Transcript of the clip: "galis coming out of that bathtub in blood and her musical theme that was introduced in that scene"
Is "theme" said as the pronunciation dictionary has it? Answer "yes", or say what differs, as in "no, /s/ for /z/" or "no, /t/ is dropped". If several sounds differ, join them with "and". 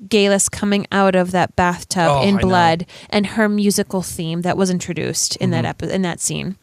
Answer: yes